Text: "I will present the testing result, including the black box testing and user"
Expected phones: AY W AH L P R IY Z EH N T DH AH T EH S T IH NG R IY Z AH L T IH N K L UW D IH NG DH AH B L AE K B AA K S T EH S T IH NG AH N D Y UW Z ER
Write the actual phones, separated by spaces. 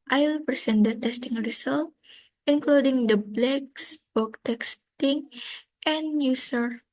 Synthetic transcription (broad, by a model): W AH L P R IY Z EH N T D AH T EH S T IH NG R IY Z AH L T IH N K L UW D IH NG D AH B L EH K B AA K T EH S T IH NG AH N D Y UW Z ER